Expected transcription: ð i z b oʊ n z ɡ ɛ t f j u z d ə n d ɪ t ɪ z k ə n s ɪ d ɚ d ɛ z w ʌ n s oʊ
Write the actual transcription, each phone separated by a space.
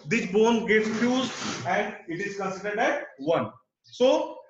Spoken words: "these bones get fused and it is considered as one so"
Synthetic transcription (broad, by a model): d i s b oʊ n ɡ ɛ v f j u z ə n d ɪ t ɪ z k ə n s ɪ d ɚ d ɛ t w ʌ n s oʊ